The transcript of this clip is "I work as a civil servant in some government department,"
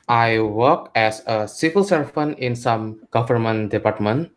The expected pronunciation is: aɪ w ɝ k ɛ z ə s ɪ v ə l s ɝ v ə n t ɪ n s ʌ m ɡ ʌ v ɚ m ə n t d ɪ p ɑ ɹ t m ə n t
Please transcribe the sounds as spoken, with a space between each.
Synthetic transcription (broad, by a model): aɪ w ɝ k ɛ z ə s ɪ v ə l s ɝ f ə n ɪ n s ʌ m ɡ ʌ f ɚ m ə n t d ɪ p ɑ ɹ t m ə n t